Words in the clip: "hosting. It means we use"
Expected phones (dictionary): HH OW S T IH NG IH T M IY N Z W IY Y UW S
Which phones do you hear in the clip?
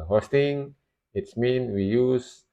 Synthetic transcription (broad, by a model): HH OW S T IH NG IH T M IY N W IY Y UW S